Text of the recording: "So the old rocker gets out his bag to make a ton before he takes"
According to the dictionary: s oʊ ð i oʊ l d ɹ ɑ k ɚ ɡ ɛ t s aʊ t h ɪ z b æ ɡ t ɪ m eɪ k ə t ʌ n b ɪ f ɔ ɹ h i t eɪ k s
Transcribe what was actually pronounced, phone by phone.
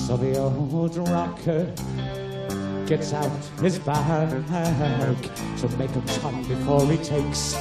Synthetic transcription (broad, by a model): s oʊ ð i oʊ d ɹ ɑ k ɚ ɡ ɛ t s aʊ t h ɪ z b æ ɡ t ɪ m eɪ k ə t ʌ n b ɪ f ɔ ɹ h i t eɪ k s